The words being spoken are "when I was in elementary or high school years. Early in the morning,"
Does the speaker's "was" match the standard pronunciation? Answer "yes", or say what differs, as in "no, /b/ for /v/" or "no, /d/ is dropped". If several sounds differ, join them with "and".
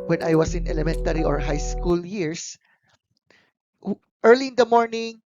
no, /s/ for /z/